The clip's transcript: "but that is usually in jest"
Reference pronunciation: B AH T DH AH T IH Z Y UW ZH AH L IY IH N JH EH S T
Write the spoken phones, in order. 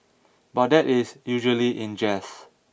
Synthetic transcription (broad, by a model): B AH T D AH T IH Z Y UW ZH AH L IY IH N JH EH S